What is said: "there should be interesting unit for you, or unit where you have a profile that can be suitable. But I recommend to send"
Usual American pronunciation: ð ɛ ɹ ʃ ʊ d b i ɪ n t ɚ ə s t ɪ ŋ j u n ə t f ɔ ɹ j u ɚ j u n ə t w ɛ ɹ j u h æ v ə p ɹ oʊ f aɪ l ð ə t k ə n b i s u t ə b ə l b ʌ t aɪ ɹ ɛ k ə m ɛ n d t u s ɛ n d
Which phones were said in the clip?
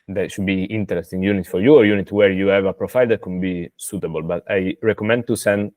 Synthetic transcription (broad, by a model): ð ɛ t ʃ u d b i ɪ n t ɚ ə s t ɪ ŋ j u n ə t f ɔ ɹ j u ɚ j u n ə t w ɛ ɹ j u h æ v ə p ɹ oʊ f aɪ l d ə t k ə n b i s u t ə b ə l b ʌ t aɪ ɹ ɛ k ə m ɛ n d t u s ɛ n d